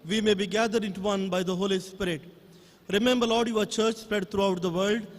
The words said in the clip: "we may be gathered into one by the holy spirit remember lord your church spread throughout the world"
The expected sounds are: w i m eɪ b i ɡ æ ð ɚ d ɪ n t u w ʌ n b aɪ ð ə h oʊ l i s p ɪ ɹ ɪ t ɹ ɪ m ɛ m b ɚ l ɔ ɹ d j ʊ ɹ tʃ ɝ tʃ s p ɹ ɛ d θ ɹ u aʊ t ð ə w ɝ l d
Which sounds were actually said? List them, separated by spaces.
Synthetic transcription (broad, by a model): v i m eɪ b i ɡ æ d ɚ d ɪ n t u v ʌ n b aɪ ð ə h oʊ l i s p ɪ ɹ ɪ t ɹ ɪ m ɛ m b ɚ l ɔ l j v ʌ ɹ tʃ ɝ tʃ s p ɹ ɛ d t ɹ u aʊ t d ə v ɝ l d